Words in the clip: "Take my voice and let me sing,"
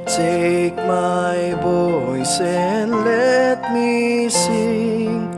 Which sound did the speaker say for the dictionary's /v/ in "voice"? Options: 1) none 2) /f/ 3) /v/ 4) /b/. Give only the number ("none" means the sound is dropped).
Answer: 4